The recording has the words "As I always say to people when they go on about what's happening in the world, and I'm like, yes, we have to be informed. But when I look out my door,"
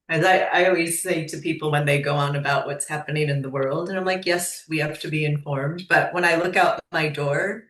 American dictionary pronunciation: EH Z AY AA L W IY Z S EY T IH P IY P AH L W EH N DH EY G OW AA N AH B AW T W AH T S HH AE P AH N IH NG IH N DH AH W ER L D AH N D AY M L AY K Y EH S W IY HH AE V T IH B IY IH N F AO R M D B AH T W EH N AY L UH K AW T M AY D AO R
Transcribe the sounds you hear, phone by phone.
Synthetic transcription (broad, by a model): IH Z AY AA L W IY Z S EY T IH P IY P L W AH N DH EY G OW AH N AH B AW T W AH T S HH AE P AH N IH NG IH N DH AH W ER L D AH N AY M L AY K Y EH S W IY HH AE F T IH B IY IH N F AO R M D B AH T W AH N AY L UH K AW T M AY D AO R